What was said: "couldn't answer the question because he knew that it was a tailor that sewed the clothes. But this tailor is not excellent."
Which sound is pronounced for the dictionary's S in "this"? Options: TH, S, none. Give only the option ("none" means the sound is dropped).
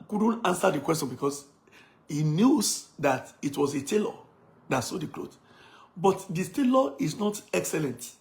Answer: none